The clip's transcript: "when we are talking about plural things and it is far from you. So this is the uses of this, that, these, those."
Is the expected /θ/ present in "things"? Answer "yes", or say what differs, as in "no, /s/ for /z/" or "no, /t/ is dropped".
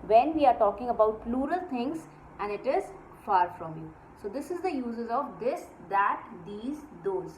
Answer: no, /t/ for /θ/